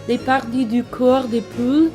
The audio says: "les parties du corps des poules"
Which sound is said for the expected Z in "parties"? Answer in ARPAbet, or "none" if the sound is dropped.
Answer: none